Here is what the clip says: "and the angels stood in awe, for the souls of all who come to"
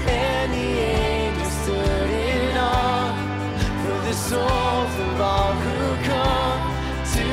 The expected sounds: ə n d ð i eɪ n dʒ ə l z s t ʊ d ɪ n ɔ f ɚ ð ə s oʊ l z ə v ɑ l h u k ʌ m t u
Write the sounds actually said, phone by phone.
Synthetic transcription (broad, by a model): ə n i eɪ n ə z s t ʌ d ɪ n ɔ f ɚ ð ə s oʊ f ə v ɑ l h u k ʌ m t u